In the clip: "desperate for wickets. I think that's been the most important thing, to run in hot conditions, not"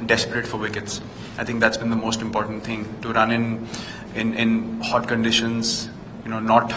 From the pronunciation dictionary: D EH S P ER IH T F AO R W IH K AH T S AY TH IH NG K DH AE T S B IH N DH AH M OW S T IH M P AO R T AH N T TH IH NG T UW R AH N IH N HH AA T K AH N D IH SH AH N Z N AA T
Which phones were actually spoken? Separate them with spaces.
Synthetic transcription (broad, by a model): D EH S P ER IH T F AO R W IH K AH T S AY T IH NG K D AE T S B IH N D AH M OW S T IH M P AO R T AH N T T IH NG T UW R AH N IH N HH AA T K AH N D IH SH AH N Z N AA T